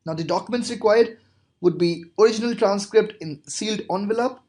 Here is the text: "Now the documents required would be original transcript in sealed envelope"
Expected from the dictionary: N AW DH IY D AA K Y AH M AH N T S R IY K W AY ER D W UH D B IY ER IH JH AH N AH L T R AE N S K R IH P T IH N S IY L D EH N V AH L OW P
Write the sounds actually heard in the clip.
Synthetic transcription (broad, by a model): N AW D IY D AA K Y AH M AH N T S R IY K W AY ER D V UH D B IY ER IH JH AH N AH L T R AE N S K R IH P T IH N S IY L D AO N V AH L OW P